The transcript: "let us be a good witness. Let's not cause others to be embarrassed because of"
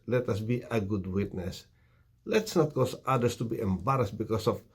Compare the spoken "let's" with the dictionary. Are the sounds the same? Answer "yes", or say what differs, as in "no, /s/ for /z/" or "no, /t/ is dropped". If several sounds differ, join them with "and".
yes